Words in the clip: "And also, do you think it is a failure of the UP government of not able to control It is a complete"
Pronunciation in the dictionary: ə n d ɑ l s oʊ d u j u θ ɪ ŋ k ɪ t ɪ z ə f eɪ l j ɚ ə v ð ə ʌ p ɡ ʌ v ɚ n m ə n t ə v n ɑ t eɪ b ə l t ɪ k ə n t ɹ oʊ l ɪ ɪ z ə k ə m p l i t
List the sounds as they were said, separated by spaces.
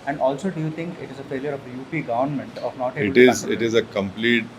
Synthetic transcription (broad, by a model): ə n d ɑ l s oʊ d u j u t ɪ ŋ k ɪ t ɪ z ə f eɪ l j ɚ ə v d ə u p ɡ ʌ v ɚ n m ə n t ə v n ɑ t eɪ ə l t ɪ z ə t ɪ ɪ z ə k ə m p l i t